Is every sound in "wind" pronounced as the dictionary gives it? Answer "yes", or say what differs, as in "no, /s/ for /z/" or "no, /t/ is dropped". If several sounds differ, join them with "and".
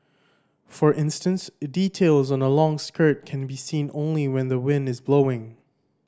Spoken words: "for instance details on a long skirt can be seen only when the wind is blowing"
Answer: yes